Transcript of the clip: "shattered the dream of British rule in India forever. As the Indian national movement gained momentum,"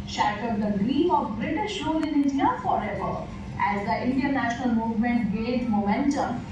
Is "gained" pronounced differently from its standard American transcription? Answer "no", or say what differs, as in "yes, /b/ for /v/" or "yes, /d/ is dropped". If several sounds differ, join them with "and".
yes, /n/ is dropped